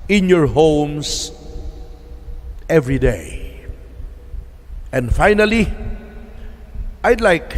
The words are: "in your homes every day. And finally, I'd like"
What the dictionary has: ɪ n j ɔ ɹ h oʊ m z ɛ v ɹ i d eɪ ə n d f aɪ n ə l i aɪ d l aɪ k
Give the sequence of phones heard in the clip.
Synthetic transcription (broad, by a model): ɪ n j ɔ ɹ h oʊ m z ɛ v ɹ i d eɪ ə n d f aɪ n ə l i aɪ d l aɪ k